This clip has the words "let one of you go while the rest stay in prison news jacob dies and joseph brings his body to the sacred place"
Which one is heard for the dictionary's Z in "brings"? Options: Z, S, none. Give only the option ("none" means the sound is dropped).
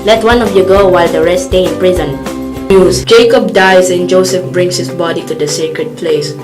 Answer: S